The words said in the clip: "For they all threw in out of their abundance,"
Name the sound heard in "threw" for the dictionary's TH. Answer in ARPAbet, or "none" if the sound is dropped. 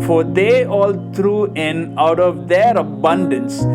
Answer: T